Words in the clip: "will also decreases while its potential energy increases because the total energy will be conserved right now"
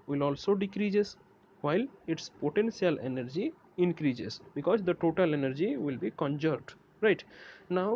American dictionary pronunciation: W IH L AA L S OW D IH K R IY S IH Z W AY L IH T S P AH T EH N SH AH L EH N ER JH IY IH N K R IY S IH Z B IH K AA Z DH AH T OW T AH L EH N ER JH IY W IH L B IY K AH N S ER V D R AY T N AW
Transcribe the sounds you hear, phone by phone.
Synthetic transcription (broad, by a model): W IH L AA L S OW D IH K R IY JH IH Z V AY L IH T S P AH T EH N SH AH L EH N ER JH IY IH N K R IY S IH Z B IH K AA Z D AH T OW T AH L EH N ER JH IY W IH L B IY K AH N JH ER D R AY T N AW